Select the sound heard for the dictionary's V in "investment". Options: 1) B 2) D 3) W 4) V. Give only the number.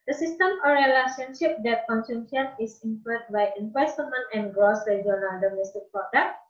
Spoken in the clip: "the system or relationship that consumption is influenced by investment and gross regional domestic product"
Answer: 3